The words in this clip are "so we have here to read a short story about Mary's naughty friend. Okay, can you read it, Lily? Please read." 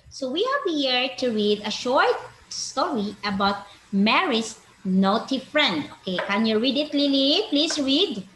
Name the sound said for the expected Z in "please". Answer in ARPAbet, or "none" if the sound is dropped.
S